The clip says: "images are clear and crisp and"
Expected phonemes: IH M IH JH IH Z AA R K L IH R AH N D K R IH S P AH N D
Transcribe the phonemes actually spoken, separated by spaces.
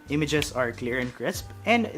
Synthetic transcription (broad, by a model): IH M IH JH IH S AA R K L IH R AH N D K R IH S P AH N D